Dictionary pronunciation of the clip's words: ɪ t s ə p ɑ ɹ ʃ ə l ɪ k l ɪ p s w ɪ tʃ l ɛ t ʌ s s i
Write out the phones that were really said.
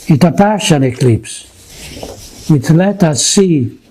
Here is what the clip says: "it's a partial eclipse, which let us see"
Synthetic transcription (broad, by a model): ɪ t ə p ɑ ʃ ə n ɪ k l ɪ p s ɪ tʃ l ɛ t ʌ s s i